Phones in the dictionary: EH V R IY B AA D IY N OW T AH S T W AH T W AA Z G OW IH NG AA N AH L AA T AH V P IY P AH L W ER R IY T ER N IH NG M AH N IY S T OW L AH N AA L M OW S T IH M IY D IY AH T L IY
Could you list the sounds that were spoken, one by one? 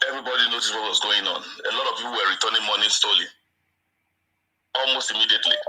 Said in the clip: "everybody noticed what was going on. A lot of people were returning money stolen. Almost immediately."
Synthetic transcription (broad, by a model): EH V R IY B AA D IY N OW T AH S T W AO T W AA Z G OW IH NG AA N AH L AA T AH V P IY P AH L W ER R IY T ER N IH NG M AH N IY S T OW L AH AA L M OW S T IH M IY D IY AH T L IY